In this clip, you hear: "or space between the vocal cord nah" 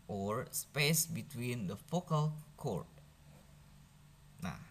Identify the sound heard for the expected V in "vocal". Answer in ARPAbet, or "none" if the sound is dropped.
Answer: F